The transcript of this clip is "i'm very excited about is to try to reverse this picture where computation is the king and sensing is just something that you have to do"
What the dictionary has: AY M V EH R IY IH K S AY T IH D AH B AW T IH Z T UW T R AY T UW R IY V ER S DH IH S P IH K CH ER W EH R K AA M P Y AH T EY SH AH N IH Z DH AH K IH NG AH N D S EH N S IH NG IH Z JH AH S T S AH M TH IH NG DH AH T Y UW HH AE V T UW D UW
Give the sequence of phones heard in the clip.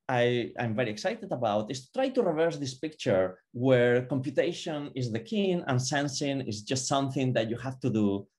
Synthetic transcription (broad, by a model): AY M V EH R IY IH K S AY T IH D AH B AW T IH S T UW T R AY T UW R IY V ER S DH IH S P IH K CH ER W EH R K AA M P Y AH T EY SH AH N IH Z DH AH K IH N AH N S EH N S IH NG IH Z JH AH S T S AH M TH IH NG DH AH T Y UW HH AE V T UW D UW